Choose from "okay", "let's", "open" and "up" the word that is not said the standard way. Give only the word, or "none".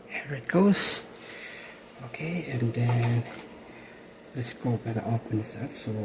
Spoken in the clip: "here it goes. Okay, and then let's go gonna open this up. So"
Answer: up